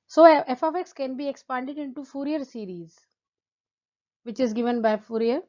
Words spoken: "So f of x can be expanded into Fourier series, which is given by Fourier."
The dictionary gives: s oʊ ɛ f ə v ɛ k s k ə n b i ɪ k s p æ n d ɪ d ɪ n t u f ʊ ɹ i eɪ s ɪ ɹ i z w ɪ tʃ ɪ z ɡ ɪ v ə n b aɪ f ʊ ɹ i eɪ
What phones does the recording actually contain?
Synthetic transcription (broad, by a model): s oʊ ɛ f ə f ɛ k s k ə n b i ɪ k s p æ n d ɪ d ɪ n t u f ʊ ɹ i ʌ s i ɹ i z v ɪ tʃ ɪ z ɡ ɪ v ə n b aɪ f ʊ ɹ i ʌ